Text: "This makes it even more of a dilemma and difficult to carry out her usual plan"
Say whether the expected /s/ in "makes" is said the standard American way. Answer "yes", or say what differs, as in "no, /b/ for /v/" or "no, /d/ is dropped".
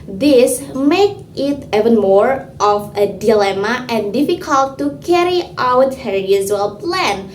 no, /s/ is dropped